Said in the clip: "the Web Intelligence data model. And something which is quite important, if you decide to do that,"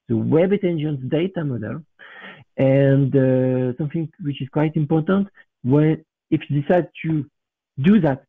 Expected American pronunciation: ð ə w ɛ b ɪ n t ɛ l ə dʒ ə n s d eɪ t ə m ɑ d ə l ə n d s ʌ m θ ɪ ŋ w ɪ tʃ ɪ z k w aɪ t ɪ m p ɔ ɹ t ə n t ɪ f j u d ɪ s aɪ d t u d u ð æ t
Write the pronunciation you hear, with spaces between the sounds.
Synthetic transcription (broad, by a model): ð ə w ɛ b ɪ t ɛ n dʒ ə n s d eɪ t ə m ɑ d ə l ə n d s ʌ m θ ɪ ŋ w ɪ tʃ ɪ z k w aɪ t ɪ m p ɔ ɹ t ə n t ɪ f j u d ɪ s aɪ d t u d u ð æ t